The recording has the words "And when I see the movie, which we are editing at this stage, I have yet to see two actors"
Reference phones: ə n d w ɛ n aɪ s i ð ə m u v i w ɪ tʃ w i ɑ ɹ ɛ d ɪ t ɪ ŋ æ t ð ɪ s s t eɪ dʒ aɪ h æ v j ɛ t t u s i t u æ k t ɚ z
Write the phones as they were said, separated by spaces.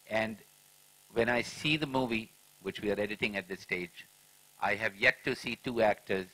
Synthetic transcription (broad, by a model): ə n d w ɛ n aɪ s i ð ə m u v i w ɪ tʃ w i ɑ ɹ ɛ d ɪ t ɪ ŋ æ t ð ɪ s s t eɪ dʒ aɪ h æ v j ɛ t t u s i t u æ k t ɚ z